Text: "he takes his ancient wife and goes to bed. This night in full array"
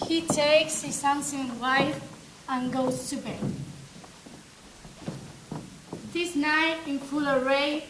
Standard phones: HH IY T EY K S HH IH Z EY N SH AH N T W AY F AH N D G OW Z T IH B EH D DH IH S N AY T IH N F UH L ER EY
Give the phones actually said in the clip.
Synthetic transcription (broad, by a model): HH IY T EY K S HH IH S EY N S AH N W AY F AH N G OW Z T IH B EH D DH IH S N AY T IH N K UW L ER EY